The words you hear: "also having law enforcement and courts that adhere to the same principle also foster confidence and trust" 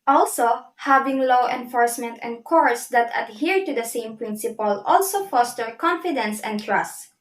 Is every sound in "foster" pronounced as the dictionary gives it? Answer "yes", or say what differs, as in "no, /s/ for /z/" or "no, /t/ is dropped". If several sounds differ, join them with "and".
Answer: yes